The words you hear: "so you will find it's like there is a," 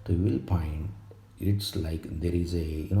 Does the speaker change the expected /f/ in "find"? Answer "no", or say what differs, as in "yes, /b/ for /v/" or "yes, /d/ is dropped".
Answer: yes, /p/ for /f/